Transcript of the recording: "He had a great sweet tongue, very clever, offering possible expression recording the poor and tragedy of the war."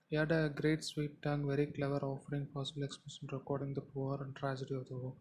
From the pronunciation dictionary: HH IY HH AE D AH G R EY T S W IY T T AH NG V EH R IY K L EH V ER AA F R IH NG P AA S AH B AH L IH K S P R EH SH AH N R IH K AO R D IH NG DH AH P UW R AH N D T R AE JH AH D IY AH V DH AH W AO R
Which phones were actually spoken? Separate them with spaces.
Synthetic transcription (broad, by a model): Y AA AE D AH G R EY T S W IY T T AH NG V EH R IY K L EH V ER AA F R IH NG P AA S AH B AH L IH K S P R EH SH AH N R IH K AO R D IH NG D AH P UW R AH N D T R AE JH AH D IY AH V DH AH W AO